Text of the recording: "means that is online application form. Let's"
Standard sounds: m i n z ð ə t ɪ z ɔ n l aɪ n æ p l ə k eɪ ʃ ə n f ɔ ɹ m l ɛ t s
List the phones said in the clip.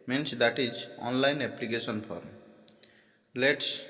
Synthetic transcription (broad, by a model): m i n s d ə t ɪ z ɔ n l aɪ n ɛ p l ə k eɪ s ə n p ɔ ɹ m l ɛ t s